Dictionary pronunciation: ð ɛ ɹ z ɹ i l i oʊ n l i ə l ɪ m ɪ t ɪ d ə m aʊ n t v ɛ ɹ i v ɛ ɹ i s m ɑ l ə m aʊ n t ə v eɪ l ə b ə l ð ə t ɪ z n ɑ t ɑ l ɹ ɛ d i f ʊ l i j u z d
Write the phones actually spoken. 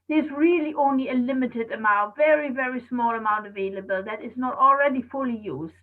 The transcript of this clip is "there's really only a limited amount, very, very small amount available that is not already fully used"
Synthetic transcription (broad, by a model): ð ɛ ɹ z ɹ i l i oʊ n l i ə l ɪ m ɪ t ɪ d ə m aʊ n t v ɛ ɹ i v ɛ ɹ i s m ɑ l ə m aʊ n t ə v eɪ l ə b ə l ð ə t ɪ z n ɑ t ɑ l ɹ ɛ d i f ʊ l i j u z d